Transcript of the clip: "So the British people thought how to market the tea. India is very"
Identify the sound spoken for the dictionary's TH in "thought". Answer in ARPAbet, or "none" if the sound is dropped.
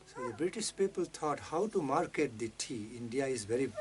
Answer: T